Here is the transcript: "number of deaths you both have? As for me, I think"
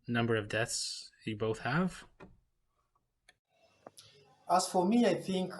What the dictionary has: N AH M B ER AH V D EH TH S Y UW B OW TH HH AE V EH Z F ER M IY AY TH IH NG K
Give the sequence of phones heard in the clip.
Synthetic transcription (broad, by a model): N AH M B ER AH V D EH TH S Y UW B OW TH HH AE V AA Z F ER M IY AY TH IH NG K